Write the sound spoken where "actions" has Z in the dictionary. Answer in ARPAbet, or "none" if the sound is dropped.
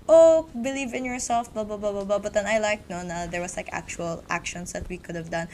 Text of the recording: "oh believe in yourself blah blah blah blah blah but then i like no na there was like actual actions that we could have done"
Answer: S